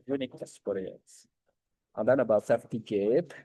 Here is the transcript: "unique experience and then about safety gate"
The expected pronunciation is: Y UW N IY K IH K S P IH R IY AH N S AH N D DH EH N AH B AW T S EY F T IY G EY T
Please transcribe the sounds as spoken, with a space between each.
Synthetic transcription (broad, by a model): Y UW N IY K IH S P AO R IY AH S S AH N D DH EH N AH B AW T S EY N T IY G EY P